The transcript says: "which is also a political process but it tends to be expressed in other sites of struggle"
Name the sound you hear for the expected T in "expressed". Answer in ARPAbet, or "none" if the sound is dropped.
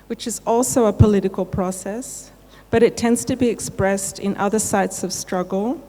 T